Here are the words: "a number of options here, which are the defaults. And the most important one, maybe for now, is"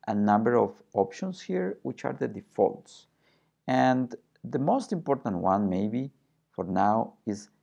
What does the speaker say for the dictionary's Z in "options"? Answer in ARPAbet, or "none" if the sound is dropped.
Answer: S